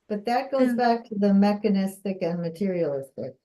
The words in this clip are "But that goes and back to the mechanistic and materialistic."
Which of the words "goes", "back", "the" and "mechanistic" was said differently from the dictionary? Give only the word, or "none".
goes